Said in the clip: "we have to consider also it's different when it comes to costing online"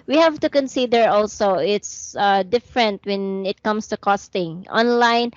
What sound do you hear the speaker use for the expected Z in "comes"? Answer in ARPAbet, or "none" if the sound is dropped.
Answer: S